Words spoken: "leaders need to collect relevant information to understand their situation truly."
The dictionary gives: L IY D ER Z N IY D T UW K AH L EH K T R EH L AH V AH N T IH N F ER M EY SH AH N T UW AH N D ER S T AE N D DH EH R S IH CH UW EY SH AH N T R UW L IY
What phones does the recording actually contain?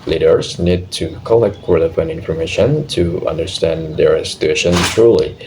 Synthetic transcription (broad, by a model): L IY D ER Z N IY D T UW K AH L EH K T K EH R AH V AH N IH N F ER M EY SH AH N T UW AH N D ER S T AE N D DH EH R S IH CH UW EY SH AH N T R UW L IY